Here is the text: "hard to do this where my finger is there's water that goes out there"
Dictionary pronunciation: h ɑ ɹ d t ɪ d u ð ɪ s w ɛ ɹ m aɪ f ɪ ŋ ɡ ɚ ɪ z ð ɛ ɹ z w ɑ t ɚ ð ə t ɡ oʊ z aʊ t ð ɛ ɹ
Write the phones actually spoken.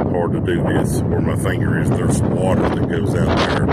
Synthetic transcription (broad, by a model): h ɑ ɹ d t ɪ d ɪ ð ɪ s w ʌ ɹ m aɪ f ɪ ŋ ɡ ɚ ɪ z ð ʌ ɹ s w ɑ t ɚ ð ə t ɡ oʊ z aʊ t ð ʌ ɹ